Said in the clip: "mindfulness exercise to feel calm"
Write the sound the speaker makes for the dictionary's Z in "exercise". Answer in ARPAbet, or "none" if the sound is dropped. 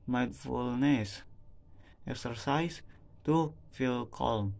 S